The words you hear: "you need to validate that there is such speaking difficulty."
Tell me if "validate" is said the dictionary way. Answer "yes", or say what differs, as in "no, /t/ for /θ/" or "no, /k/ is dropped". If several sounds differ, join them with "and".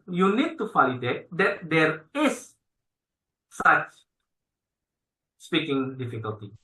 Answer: no, /f/ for /v/